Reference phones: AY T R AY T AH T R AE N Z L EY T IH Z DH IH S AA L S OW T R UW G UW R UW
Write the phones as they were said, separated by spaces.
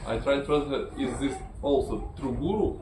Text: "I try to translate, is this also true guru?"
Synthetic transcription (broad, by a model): AY T R AY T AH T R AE Z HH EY IH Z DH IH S AA L S OW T R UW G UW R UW